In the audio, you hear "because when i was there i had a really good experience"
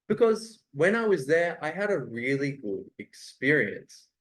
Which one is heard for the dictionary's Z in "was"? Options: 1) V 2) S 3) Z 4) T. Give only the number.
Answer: 3